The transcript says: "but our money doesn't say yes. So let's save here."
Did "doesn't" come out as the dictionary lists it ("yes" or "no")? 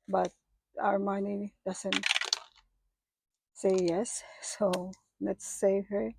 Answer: no